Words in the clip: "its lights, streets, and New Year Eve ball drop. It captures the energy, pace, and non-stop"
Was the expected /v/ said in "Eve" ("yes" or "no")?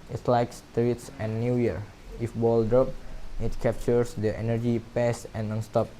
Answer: no